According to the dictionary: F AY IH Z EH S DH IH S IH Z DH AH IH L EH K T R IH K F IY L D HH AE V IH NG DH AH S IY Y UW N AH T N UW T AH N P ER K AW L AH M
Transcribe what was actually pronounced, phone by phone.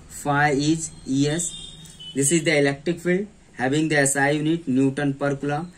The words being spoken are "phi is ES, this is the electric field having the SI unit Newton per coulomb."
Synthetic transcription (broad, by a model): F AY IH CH EH S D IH S IH Z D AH IH L EH K T R IH K F IY L D HH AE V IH NG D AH S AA Y UW N AH T N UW T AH N P ER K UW L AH